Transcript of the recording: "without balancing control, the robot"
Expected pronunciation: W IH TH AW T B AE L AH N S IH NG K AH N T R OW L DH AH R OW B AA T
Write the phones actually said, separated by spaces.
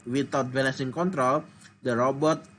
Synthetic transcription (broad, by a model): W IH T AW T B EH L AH S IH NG K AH N T R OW L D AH R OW B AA T